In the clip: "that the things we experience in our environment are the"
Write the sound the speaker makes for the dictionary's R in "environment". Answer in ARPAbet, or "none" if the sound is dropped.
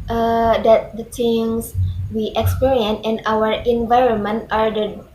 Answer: R